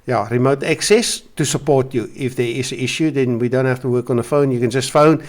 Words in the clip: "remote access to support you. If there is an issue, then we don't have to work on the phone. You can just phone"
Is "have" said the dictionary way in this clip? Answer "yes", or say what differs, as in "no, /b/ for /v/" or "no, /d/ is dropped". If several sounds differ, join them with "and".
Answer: no, /f/ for /v/